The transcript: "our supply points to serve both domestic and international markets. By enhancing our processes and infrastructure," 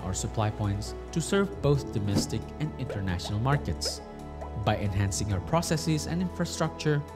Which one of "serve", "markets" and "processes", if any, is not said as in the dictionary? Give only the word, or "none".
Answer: none